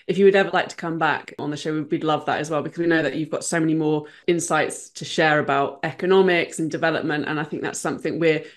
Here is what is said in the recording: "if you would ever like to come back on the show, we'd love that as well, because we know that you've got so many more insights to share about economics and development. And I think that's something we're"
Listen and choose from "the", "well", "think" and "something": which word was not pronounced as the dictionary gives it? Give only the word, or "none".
none